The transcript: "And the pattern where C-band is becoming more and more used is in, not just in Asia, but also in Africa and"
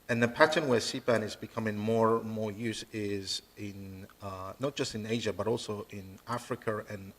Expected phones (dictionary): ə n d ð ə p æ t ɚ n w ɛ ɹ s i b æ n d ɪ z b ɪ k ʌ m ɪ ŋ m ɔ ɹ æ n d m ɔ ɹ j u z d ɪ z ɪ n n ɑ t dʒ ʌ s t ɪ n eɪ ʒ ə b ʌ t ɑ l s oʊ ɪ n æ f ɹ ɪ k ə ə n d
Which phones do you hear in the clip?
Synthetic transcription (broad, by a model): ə n ð ə p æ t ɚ n w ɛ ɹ s i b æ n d ɪ z b ɪ k ʌ m ɪ ŋ m ɔ ɹ m ɔ ɹ j u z ɪ z ɪ n n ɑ t dʒ ʌ s t ɪ n eɪ ʒ ə b ʌ t ɑ l s oʊ ɪ n æ f ɹ ɪ k ə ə n